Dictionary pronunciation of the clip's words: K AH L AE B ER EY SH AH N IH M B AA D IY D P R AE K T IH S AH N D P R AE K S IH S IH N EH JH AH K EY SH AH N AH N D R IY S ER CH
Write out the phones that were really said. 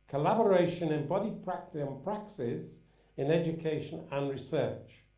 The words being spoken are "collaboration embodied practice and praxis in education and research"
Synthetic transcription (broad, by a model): K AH L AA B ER EY SH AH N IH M B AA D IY P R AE K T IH AH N P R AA K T IH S IH N EH JH AH K EY SH AH N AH N R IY S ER CH